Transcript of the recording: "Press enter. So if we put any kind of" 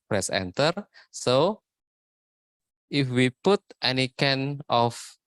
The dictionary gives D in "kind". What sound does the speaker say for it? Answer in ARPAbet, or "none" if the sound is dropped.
none